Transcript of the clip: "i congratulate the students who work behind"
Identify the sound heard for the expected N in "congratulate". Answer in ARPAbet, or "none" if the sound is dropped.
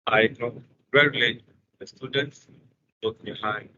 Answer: none